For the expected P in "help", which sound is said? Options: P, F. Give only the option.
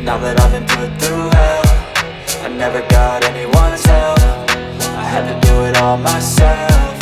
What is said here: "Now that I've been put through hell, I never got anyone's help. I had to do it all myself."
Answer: F